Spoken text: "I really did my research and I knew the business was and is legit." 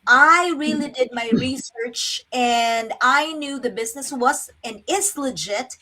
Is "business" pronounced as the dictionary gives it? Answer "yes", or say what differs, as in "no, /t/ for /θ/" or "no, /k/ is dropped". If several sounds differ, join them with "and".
yes